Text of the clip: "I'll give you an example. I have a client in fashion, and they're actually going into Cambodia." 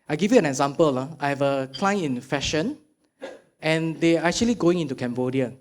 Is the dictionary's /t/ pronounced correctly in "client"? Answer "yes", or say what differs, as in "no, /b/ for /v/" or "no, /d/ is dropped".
no, /t/ is dropped